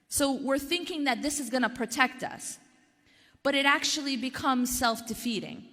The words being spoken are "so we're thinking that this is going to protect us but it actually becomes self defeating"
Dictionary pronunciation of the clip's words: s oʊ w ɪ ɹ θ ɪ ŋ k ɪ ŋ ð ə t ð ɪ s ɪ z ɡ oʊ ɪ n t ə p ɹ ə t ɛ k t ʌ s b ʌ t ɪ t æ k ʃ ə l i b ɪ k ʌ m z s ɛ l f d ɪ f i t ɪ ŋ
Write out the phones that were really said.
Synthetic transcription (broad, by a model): s oʊ w ɪ ɹ θ ɪ ŋ k ɪ ŋ ð ə t ð ɪ s ɪ z ɡ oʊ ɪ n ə p ɹ ə t ɛ k t ʌ s b ʌ t ɪ t æ k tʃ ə l i b ɪ k ʌ m z s ɛ l f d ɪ f i t ɪ ŋ